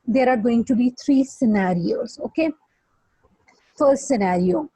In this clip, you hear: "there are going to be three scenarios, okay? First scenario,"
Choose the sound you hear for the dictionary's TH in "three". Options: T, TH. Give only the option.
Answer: T